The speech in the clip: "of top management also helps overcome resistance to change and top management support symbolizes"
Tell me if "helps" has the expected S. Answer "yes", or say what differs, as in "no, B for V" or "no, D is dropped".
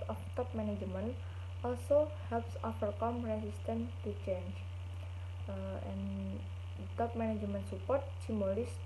yes